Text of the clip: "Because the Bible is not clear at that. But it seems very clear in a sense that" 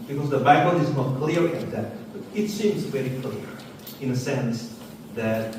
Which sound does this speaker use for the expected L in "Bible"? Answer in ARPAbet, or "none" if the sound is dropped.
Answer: N